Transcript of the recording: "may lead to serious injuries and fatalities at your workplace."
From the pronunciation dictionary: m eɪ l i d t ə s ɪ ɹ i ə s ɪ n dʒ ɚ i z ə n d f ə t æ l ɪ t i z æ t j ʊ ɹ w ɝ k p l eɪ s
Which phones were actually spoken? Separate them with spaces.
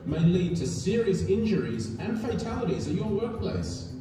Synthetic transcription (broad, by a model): m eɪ l i d t ə s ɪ ɹ i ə s ɪ n dʒ ɚ i z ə n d f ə t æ l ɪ t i z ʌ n j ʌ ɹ w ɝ k p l eɪ s